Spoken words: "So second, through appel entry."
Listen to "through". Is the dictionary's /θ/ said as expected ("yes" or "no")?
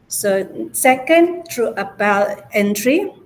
no